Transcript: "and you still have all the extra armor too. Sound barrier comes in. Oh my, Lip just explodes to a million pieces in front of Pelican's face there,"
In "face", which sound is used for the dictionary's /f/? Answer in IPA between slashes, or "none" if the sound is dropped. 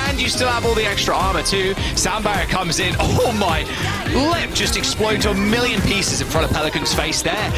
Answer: /f/